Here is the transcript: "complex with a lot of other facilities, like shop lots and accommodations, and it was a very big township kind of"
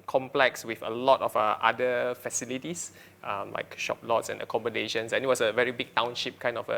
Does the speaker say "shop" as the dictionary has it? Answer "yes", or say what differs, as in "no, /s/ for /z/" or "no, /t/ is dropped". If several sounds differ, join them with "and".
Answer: yes